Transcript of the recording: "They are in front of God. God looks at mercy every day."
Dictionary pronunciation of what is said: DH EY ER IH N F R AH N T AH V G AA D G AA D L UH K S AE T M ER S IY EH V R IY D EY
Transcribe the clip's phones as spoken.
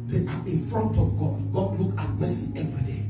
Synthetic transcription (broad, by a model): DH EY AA IH N F R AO N T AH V G AA D G AA D L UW K AA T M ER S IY EH V R IY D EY